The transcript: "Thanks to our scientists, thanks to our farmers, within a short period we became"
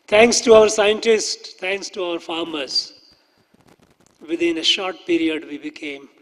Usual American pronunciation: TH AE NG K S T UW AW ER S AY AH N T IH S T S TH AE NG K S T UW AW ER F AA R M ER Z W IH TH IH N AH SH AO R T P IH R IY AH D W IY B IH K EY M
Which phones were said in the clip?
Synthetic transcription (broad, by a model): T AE NG K S T UW AW ER S AY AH N T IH S T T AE NG K S T UW AW ER F AA R M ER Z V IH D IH N AH SH AO R T P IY R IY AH D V IY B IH K EY M